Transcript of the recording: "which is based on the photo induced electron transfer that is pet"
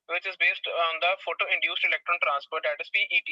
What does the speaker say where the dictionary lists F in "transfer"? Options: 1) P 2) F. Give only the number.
1